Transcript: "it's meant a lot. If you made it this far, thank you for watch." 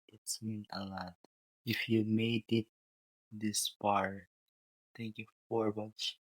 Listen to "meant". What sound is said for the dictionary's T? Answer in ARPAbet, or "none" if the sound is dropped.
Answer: none